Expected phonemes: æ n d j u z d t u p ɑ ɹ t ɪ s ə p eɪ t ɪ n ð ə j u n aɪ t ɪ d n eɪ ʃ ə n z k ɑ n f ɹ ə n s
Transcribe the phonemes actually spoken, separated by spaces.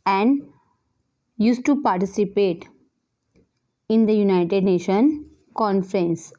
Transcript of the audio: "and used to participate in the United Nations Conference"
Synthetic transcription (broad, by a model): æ n d j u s t u p ɑ ɹ t ɪ s ə p eɪ t ɪ n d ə j u n aɪ t ɪ d n eɪ ʃ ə n k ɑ n f ɹ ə n s